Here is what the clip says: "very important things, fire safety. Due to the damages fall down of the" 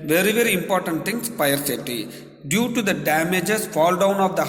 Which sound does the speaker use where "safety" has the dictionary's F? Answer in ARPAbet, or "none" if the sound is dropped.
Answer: none